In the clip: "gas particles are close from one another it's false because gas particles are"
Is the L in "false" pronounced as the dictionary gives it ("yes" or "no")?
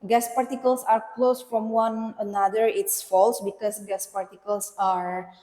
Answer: yes